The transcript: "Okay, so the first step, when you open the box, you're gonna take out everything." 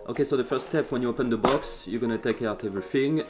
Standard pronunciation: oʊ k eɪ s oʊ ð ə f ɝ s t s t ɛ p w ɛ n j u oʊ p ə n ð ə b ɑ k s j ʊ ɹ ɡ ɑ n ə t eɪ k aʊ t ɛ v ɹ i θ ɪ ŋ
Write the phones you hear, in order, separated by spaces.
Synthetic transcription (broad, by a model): oʊ k eɪ s oʊ ð ə f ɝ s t s t ɛ p w ɛ n j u oʊ p ə n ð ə b ɑ k s j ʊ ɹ ɡ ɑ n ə t eɪ k aʊ t ɛ v ɹ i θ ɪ ŋ